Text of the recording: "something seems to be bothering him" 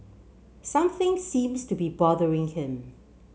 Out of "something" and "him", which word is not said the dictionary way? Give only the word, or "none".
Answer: none